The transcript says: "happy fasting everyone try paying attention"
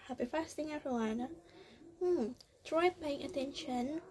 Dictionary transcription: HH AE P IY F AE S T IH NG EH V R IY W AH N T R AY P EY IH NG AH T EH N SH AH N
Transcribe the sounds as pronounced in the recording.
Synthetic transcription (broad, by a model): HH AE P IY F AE S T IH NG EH R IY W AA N T R AY P EY IH NG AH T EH N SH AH N